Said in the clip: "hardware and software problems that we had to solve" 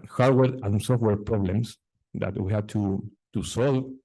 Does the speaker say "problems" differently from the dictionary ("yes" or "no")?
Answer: yes